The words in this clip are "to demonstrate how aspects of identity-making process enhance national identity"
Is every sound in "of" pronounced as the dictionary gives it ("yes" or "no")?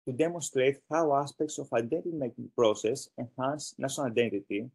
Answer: no